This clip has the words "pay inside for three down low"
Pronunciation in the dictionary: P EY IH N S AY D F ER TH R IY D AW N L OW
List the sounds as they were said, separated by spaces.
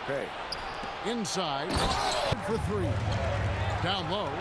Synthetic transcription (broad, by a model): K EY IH N S AY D F ER TH R IY D AW N L OW